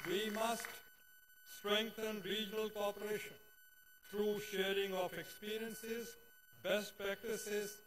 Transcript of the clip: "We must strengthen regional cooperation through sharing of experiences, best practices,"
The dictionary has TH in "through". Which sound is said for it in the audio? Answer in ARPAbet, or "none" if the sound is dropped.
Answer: T